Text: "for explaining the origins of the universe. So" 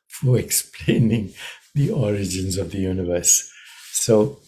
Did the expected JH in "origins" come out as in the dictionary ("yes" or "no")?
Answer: yes